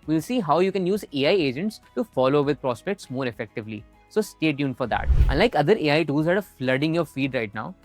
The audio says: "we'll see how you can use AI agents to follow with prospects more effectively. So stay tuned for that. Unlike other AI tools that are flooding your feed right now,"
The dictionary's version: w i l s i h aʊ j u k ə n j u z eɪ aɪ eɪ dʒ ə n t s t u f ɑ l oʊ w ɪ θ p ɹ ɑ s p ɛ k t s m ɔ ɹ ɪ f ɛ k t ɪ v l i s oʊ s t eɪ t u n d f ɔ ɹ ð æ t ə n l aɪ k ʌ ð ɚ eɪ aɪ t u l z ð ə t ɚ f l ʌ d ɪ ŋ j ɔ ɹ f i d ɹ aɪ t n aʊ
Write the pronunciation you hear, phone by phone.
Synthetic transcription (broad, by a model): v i l s i h aʊ j u k ə n j u z eɪ aɪ eɪ dʒ ə n t s t u f ɑ l oʊ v ɪ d p ɹ ɑ s p ɛ k t s m ɔ ɹ ɪ f ɛ k t ɪ v l i s oʊ s t eɪ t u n f ɔ ɹ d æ t ə n l aɪ k ʌ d ɚ eɪ aɪ t u z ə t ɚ f l ʌ d ɪ ŋ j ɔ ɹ f i d ɹ aɪ t n aʊ